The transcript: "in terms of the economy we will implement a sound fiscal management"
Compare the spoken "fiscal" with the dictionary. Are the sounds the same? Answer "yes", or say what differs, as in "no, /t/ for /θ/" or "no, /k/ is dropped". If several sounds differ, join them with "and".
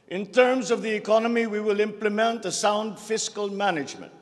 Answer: yes